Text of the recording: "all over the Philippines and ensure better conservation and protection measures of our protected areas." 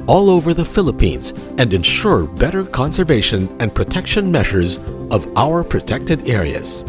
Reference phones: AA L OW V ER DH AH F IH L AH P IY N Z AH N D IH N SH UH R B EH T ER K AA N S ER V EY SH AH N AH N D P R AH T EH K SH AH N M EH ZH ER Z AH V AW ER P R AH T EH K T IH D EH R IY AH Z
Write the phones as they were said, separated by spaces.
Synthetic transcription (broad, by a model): AA L OW V ER DH AH F IH L AH P IY N Z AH N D IH N SH UH R B EH T ER K AA N S ER V EY SH AH N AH N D P R AH T EH K SH AH N M EH ZH ER Z AH V AW ER P R AH T EH K T IH D EH R IY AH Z